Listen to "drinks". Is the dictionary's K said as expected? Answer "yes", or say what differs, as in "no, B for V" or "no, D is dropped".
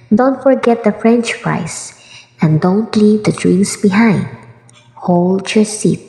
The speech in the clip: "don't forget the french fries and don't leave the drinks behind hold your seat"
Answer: no, K is dropped